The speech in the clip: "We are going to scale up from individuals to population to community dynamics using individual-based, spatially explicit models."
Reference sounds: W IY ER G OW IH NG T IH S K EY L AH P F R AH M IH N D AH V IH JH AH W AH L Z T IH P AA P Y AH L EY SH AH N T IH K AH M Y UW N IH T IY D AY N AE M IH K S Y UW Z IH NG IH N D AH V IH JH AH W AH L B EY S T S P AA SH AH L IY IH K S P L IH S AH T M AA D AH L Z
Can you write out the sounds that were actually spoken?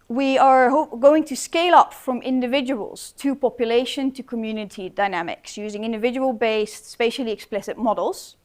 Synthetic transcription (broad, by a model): W IY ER G OW IH NG T IH S K EY L AH P F R AH M IH N D AH V IH JH AH W AH L Z T IH P AA P Y AH L EY SH AH N T IH K AH M Y UW N IH T IY D AY N AE M IH K S Y UW Z IH NG IH N D AH V IH JH AH W AH L B EY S S P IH SH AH L IY IH K S P L IH S AH T M AA D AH L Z